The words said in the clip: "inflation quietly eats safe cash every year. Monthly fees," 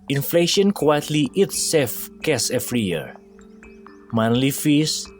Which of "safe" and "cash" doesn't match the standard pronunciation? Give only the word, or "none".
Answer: cash